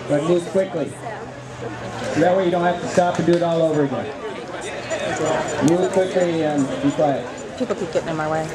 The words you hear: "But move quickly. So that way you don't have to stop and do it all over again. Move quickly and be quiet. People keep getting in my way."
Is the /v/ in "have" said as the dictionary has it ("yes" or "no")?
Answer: no